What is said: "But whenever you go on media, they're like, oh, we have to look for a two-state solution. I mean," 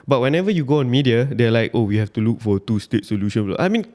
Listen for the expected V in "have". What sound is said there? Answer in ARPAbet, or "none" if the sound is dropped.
F